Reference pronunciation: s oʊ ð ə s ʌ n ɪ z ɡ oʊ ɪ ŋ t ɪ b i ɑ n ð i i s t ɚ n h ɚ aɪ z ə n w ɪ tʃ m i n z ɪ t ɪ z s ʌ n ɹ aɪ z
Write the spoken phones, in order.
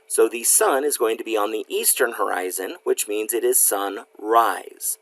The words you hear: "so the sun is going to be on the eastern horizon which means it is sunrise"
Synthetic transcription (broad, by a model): s oʊ ð ə s ʌ n ɪ z ɡ oʊ ɪ ŋ t ɪ b i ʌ n ð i i s t ɚ n h ɚ aɪ z ə n w ɪ tʃ m i n z ɪ t ɪ z s ʌ n ɹ aɪ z